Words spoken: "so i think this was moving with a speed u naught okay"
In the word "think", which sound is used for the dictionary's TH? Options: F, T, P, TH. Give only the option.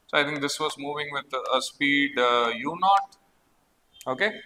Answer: T